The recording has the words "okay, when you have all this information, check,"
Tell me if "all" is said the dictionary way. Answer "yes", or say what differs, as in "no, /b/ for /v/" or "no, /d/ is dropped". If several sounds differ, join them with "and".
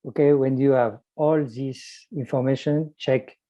yes